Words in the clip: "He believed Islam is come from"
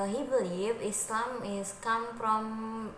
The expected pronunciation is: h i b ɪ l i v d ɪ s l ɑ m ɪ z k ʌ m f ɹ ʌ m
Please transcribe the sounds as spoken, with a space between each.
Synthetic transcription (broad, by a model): h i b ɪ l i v ɪ s l ɑ m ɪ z k ʌ m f ɹ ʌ m